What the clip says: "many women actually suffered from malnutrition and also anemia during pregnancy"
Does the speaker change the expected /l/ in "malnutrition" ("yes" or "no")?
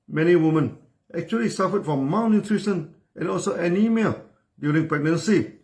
yes